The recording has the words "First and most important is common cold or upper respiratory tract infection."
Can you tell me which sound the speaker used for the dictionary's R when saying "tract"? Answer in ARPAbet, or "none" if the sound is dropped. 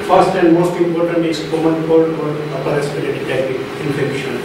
none